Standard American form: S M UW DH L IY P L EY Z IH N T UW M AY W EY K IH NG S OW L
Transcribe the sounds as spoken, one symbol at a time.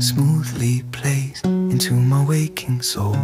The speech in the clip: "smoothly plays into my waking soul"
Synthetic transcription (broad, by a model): S M UW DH L IY P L EY S IH N T UW M AY W EY K IH NG S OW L